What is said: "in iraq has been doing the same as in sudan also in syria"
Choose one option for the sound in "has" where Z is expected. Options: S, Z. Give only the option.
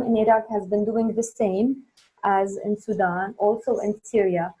Z